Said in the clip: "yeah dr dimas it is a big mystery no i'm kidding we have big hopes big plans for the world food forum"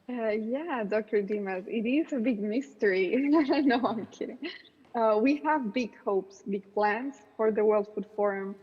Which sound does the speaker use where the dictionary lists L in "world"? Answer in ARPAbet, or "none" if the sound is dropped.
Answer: L